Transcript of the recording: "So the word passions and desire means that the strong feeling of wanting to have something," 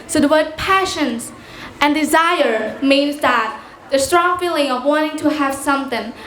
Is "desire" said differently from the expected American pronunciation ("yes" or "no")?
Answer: no